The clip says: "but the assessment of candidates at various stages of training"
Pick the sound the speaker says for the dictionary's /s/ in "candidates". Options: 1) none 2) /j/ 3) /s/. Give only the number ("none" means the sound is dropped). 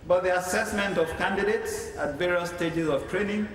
3